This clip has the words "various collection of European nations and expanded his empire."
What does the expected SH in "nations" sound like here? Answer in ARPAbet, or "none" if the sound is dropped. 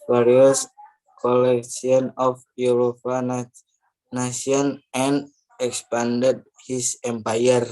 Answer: none